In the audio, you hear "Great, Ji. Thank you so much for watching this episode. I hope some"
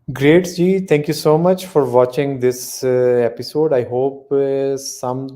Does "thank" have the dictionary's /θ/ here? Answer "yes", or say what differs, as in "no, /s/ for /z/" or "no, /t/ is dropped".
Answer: no, /t/ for /θ/